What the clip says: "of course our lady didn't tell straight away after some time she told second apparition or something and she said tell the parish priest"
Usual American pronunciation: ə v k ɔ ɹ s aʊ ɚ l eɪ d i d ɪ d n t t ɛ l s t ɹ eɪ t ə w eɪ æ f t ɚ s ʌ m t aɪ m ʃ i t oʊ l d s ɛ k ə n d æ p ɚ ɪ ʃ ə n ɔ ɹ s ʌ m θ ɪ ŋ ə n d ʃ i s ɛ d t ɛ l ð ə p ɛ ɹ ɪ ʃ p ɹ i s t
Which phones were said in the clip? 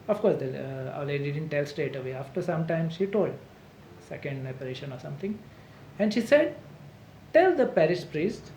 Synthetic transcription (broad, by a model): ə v k ɔ ɹ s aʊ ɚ l eɪ d i d ɪ d n t t ɛ l s t eɪ t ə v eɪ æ f t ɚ s ʌ m t aɪ m ʃ i t oʊ l d s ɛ k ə n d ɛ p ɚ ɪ ʃ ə n ɔ ɹ s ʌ m t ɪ ŋ ə n d ʃ i s ɛ d t ɛ l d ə p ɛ ɹ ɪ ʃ p ɹ i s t